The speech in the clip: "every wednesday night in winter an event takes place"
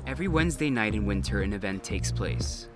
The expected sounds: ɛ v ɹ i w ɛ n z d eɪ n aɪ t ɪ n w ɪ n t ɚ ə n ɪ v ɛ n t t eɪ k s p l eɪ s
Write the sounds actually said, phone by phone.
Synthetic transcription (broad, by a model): ɛ v ɹ i w ɛ n z d eɪ n aɪ t ɪ n w ɪ n t ɚ ə n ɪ v ɛ n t t eɪ k s p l eɪ s